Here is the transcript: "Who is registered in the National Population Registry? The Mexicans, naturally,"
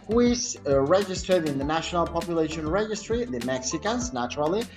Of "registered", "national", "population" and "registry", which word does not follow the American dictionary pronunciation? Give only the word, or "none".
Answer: none